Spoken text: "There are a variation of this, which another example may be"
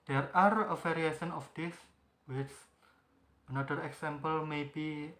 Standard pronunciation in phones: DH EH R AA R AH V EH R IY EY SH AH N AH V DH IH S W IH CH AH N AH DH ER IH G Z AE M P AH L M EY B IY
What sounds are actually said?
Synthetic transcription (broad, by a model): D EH R AA R AH F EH R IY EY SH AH N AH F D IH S W IH CH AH N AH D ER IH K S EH M P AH L M EY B IY